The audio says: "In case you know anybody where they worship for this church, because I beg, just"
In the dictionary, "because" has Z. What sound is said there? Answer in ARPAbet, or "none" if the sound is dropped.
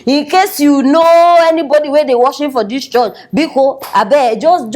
none